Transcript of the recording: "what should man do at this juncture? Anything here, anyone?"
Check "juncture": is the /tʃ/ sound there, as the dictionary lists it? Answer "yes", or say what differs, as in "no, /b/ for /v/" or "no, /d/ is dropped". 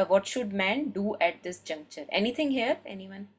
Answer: yes